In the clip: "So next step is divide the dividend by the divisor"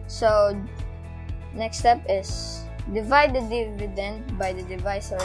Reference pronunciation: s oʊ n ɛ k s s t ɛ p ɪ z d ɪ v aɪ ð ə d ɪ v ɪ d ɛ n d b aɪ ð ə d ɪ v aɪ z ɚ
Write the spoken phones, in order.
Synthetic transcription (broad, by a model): s oʊ n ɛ k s s t ɛ p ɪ s d ɪ v aɪ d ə d ɪ v ɪ d ɛ n d b aɪ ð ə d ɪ v aɪ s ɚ